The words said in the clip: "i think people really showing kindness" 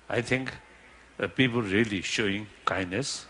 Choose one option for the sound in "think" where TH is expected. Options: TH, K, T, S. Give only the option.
T